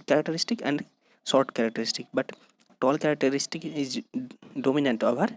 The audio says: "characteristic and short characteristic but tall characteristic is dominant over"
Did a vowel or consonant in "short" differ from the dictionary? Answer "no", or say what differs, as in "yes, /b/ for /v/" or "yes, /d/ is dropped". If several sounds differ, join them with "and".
yes, /s/ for /ʃ/